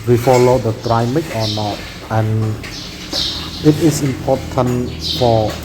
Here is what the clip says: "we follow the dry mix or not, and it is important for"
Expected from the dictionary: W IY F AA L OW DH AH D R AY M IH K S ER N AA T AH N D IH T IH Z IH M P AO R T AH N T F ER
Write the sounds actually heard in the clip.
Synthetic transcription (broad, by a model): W IY F AA L OW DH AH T R AY M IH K ER N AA T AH N IH T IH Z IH M P AO T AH N F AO